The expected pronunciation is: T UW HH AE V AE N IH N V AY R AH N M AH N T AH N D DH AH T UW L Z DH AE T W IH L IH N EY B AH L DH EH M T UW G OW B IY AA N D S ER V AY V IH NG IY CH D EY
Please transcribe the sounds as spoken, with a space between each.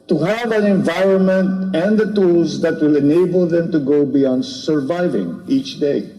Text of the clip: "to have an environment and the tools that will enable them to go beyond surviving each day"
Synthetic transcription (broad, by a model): T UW HH AE V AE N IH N V AY R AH N M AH N T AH N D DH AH T UW L Z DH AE T W IH L IH N EY B AH L DH EH M T UW G OW B IY AA N D S ER V AY V IH NG IY CH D EY